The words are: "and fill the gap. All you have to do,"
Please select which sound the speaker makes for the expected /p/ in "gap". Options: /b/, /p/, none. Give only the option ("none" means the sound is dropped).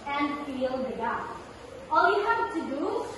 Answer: none